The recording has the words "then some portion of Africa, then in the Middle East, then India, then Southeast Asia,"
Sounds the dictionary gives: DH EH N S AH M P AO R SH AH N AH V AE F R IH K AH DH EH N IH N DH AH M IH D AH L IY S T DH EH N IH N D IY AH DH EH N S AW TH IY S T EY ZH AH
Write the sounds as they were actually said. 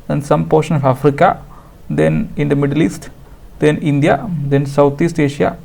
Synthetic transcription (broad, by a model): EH N S AH M P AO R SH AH N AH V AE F R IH K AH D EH N IH N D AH M IH D AH L IY S T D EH N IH N D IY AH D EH N S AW T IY S T EY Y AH